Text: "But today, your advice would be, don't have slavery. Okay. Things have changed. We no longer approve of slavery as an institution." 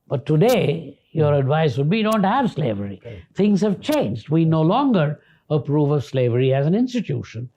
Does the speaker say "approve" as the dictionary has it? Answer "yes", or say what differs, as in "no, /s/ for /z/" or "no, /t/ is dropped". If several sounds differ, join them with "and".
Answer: yes